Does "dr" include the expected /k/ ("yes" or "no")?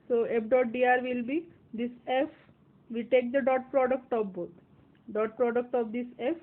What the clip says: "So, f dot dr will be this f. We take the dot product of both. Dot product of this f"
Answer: no